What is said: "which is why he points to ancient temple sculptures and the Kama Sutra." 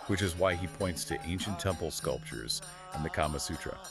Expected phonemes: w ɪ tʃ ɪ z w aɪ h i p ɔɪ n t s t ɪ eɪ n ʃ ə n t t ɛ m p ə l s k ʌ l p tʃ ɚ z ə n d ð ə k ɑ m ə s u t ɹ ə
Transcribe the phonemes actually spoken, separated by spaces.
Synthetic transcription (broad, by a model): w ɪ tʃ ɪ z w aɪ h i p ɔɪ n t s t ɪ eɪ n ʃ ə n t t ɛ m p l s k ʌ l p tʃ ɚ z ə n ð ə k ɑ m ə s u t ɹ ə